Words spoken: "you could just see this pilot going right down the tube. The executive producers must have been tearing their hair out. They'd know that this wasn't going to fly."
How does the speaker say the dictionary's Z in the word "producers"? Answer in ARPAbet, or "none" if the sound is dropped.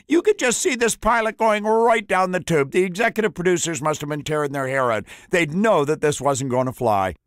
Z